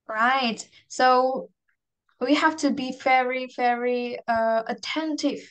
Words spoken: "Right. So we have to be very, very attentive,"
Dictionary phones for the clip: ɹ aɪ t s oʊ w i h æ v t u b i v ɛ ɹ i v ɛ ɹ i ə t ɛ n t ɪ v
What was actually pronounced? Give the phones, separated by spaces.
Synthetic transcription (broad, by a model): ɹ aɪ t s oʊ w i h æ f t u b i v ɛ ɹ i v ɛ ɹ i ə t ɛ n t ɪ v